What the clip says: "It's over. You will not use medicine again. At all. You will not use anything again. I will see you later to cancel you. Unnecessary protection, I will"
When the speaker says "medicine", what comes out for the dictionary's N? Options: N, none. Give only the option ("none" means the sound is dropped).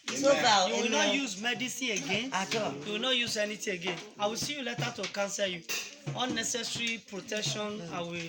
none